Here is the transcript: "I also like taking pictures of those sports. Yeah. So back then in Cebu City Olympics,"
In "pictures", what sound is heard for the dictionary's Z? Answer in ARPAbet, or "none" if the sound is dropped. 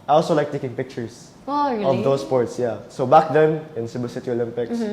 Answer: S